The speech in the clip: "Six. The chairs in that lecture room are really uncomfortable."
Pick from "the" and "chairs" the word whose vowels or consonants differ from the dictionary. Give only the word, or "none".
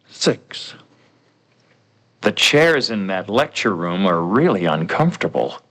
none